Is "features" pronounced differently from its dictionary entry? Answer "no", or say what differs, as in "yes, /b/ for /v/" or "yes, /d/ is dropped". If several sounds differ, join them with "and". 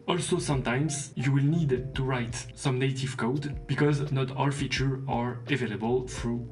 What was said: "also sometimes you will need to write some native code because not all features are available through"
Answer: yes, /z/ is dropped